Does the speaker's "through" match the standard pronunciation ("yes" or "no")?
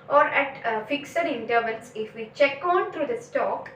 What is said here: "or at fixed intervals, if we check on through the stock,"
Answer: no